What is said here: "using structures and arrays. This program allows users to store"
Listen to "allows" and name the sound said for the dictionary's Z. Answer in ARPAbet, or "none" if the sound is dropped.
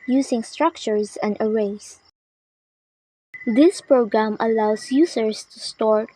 S